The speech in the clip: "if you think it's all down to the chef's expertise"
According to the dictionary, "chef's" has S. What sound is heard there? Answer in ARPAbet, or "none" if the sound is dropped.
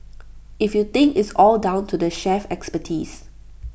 none